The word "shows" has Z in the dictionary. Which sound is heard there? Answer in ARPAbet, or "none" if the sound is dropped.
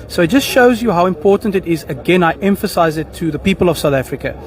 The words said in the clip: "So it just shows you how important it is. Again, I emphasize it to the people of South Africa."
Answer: Z